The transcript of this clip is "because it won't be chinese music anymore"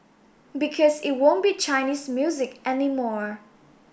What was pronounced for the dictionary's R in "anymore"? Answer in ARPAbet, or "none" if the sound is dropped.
R